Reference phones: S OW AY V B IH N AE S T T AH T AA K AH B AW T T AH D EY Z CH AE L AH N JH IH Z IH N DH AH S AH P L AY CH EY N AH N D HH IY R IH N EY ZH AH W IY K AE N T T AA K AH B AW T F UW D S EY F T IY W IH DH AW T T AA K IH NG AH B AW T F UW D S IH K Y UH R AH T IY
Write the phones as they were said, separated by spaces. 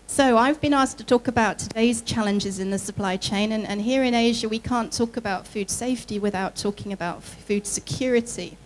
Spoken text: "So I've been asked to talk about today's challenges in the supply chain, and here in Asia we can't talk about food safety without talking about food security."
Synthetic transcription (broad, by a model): S OW AY V B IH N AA S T T AH T AA K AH B AW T T AH D EY Z CH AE L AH N JH IH Z IH N DH AH S AH P L AY CH EY N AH N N HH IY R IH N EY ZH AH W IY K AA N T T AA K AH B AW T F UW D S EY F T IY W IH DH AW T T AA K IH NG AH B AW T F UW D S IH K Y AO R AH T IY